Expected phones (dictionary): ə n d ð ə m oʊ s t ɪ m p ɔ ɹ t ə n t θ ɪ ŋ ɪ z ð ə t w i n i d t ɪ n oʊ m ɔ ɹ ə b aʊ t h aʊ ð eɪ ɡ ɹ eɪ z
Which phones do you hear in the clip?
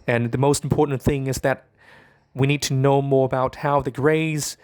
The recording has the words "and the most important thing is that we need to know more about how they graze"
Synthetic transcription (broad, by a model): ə n ð ə m oʊ s t m p ɔ ɹ t n θ ɪ ŋ ɪ z ð ə t w i n i d t ɪ n oʊ m ɔ ɹ ə b aʊ t h aʊ ð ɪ ɡ ɹ eɪ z